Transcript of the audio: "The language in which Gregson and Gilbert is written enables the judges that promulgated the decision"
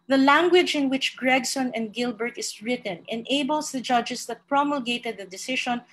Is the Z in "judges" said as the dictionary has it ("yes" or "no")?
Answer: no